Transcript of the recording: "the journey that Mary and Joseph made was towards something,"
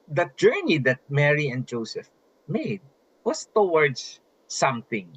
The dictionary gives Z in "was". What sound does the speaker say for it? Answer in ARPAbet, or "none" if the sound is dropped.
S